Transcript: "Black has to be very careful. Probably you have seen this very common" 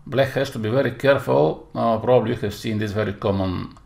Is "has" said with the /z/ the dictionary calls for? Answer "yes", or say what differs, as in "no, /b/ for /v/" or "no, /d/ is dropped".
no, /s/ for /z/